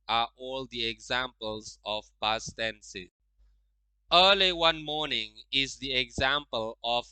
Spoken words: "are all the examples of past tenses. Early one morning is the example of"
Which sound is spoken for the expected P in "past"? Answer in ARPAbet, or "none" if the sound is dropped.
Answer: B